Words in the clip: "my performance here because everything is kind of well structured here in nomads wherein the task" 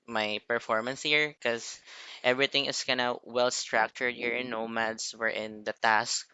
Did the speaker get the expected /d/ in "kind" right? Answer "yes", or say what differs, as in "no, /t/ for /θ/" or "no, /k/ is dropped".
no, /d/ is dropped